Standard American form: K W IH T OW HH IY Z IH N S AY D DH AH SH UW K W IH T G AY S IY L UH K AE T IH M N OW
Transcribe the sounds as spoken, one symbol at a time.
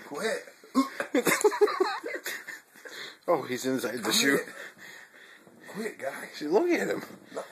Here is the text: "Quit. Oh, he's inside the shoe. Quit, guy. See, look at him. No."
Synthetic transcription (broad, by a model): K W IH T OW HH IY Z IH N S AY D DH AH SH UW K W IH T G AY SH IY L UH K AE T IH M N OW